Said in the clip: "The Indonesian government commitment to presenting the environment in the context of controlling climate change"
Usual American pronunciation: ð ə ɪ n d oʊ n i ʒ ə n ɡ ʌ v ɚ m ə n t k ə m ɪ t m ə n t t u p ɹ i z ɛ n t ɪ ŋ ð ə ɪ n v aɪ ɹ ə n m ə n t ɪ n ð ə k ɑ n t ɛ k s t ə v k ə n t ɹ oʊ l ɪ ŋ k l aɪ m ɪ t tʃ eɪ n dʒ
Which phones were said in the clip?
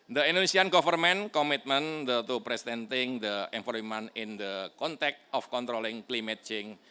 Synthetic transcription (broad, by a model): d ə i n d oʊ n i s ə n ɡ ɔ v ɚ m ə n k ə m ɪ t m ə n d t u p ɹ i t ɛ n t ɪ ŋ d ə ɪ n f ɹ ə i m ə n ɪ n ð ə k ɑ n t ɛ k t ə f k ə n t ɹ oʊ l ɪ ŋ k l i m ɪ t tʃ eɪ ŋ